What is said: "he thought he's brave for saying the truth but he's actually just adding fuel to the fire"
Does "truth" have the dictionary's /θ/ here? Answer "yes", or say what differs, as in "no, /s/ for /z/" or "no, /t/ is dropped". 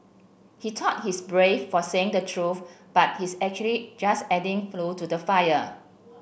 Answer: no, /f/ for /θ/